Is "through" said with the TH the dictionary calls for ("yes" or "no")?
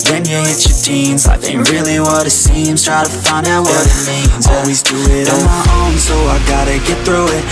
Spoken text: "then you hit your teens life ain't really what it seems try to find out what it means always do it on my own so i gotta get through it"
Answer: yes